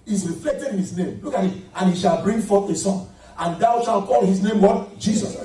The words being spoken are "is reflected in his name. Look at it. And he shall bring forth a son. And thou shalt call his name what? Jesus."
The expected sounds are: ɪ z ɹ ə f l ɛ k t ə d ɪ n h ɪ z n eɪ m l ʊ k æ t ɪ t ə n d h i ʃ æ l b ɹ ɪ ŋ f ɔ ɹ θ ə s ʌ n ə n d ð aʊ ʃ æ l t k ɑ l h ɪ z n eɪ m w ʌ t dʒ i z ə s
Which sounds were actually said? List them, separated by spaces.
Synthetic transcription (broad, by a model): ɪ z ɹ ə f l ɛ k t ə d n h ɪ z n eɪ m l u k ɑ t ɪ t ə n h i ʃ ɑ l b ɹ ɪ ŋ f ɔ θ ə s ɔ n ə n d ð aʊ ʃ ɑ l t k ɑ l h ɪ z n eɪ m w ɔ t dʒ i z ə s